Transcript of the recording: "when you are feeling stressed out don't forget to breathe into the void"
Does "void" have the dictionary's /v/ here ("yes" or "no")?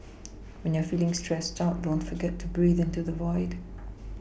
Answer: yes